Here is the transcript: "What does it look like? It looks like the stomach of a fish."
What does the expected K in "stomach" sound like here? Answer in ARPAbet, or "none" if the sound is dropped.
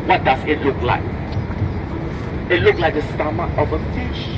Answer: none